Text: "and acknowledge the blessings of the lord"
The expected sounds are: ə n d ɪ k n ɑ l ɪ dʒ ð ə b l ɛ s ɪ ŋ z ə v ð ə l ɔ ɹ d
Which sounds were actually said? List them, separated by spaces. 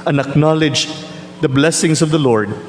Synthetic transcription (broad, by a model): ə n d ɪ k n ɑ l ɪ dʒ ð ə b l ɛ s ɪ ŋ s ə v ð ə l ɔ ɹ d